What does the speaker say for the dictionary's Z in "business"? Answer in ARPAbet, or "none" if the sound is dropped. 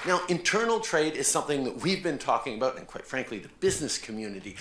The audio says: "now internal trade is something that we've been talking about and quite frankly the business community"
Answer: Z